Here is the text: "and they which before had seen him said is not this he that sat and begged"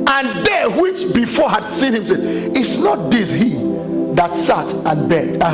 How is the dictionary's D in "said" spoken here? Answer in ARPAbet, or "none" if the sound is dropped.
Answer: none